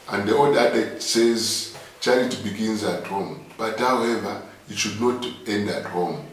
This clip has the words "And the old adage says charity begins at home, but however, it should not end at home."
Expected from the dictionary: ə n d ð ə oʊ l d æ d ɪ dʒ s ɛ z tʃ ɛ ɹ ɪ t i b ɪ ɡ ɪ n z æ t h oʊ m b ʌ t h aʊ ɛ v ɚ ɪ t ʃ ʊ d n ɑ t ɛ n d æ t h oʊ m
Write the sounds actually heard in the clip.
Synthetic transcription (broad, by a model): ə n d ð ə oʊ d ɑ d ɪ s ɛ z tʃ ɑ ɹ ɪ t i b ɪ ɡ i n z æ t h oʊ m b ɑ t h aʊ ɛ v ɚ ɪ t ʃ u d n ɑ t ɛ n d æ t h oʊ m